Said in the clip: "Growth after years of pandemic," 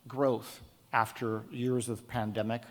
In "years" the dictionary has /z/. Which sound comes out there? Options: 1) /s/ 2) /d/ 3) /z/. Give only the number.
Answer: 3